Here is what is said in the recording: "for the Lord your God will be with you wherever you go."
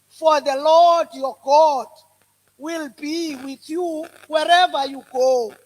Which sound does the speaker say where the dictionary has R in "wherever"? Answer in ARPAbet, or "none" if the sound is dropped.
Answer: R